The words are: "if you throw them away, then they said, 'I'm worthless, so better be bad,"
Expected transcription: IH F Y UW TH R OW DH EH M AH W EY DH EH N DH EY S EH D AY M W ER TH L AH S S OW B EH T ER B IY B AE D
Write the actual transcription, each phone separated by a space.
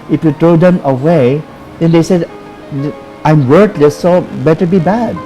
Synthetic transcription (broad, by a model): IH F Y UW T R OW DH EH M AH W EY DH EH N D EY S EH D AY M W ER T L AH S S OW B EH T ER B IY B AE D